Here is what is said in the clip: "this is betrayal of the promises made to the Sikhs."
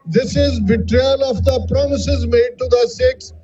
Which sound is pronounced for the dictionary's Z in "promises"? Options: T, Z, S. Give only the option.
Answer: Z